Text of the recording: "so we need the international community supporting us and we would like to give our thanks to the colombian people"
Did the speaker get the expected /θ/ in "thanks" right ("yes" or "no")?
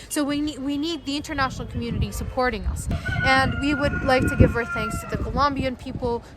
yes